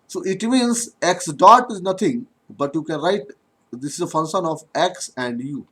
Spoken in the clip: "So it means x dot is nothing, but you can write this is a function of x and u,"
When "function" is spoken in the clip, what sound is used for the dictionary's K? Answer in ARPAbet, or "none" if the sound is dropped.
none